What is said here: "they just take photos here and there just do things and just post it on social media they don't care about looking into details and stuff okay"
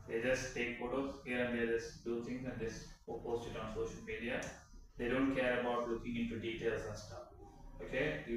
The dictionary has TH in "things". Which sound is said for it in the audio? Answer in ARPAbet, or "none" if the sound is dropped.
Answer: T